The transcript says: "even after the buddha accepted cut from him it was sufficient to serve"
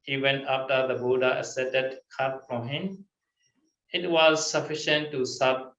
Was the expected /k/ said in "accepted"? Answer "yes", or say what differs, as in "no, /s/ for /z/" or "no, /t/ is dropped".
no, /k/ is dropped